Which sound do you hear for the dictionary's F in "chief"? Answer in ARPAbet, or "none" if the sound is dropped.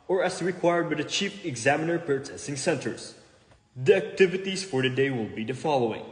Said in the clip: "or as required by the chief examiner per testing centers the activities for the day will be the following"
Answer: P